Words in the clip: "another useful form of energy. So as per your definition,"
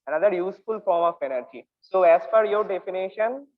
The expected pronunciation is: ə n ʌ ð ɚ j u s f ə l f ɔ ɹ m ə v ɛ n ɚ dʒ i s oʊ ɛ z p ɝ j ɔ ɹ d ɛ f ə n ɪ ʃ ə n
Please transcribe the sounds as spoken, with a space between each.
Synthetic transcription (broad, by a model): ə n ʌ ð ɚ j u s f ə l f ɔ ɹ m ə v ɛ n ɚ dʒ i s oʊ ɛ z f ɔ j ɔ ɹ d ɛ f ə n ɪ ʃ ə n